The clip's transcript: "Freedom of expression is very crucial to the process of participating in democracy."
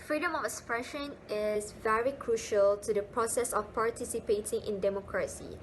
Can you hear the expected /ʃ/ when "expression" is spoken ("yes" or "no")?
yes